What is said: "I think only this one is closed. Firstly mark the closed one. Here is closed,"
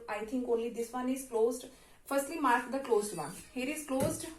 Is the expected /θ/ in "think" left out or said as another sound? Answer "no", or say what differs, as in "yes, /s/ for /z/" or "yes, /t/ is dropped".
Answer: yes, /t/ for /θ/